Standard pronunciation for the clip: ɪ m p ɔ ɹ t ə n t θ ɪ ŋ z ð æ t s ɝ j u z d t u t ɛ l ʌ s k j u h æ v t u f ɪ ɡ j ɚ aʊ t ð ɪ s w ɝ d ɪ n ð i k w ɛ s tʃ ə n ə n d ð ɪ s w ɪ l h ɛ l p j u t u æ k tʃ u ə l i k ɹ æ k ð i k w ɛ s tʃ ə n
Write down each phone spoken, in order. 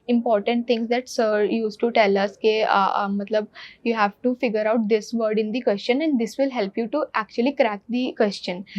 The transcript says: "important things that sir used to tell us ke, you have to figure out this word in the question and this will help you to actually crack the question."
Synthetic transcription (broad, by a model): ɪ m p ɔ ɹ t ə n t t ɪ ŋ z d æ t s ɝ j u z t u t ɛ l ʌ s k j u h æ v t u f ɪ ɡ j ɚ aʊ t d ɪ s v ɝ d ɪ n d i k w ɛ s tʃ ə n ə n d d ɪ s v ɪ l h ɛ l p j u t u æ k tʃ u ə l i k ɹ æ k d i k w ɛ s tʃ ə n